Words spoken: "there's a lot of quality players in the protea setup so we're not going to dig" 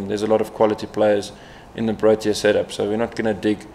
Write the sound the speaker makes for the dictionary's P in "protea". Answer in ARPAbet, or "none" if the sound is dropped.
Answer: B